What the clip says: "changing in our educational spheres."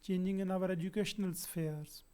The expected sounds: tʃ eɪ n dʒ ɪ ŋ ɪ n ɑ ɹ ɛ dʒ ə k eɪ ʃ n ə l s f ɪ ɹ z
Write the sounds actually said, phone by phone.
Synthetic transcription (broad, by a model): tʃ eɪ n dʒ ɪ ŋ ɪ n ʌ ɹ ɛ dʒ ə k eɪ ʃ n ə l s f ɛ ɹ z